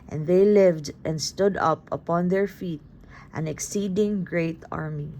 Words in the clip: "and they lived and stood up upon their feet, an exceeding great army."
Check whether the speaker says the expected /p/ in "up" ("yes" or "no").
yes